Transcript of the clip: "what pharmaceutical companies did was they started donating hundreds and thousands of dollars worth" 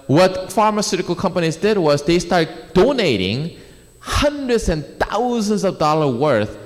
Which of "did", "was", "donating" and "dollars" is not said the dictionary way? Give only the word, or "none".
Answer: dollars